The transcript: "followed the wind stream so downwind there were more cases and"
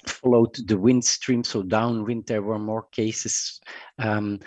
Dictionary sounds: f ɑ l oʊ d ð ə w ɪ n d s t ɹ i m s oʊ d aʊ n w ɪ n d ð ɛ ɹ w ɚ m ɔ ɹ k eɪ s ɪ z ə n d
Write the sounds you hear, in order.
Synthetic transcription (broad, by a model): f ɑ l oʊ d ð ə w ɪ n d s t ɹ i m s oʊ d aʊ n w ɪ n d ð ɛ ɹ w ɚ m ɔ ɹ k eɪ ɪ s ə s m